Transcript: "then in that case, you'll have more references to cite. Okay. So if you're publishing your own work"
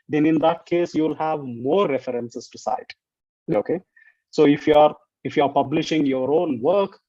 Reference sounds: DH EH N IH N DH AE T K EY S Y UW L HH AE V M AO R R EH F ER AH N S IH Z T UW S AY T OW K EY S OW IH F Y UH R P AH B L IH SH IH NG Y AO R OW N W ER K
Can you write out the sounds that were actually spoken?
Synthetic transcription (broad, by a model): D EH N IH N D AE T K EY S Y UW L HH AE V M AO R R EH F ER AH N S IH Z T UW S AY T OW K EY S OW IH F Y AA R P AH B L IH SH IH NG Y AO R OW N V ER K